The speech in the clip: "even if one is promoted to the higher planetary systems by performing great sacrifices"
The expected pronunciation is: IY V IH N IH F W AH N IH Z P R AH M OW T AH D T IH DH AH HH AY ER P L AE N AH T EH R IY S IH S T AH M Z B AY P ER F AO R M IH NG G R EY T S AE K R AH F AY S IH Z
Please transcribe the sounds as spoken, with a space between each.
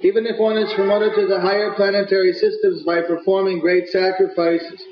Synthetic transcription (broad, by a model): IY V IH N IH F W AH N IH Z P R AH M OW T AH D T IH DH AH HH AY ER P L AE N AH T EH R IY S IH S T AH M Z B AY P ER F AO R M IH NG G R EY T S AE K R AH F AY S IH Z